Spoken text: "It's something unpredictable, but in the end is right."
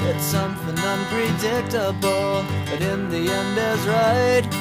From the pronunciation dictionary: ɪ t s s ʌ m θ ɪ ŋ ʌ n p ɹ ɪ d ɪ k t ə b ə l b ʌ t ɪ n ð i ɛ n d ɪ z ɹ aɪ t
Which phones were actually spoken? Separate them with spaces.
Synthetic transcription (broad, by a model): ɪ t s s ʌ m θ ɪ ŋ ʌ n p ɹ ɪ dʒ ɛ k t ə b l b ʌ t ɪ n ð i ɛ n d ɪ z ɹ aɪ t